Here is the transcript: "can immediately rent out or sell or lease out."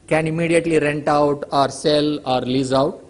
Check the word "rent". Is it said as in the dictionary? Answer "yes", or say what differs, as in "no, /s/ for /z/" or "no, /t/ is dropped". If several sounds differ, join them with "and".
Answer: yes